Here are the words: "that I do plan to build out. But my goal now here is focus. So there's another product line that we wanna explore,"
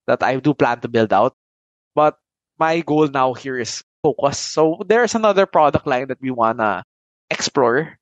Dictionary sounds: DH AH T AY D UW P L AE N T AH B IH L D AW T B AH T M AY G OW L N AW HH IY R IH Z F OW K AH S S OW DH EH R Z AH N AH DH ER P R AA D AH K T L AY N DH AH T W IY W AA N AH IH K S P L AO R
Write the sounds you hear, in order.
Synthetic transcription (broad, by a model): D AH T AY D UW P L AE N T AH B IH L D AW T B AH T M AY G OW L N AW HH IY R IH S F OW K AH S S OW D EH R S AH N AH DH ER P R AA D AH K T L AY N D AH T W IY W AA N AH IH K S P L AO R